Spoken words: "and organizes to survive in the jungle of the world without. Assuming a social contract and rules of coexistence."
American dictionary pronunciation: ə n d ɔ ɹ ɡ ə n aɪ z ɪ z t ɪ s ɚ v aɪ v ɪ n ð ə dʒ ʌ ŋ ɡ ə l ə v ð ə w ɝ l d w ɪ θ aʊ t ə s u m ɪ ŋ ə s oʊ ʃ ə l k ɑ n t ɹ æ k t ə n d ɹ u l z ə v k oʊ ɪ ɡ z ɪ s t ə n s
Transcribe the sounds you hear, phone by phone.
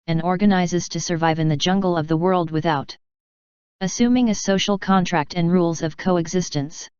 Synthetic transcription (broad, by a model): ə n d ɔ ɹ ɡ ə n aɪ z ɪ z t ɪ s ɚ v aɪ v ɪ n ð ə dʒ ʌ ŋ ɡ l ə v ð ə w ɝ l d w ɪ θ aʊ t ə s u m ɪ ŋ ə s oʊ ʃ l k ɑ n t ɹ æ k t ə n ɹ u l z ə v k oʊ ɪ ɡ z ɪ s t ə n s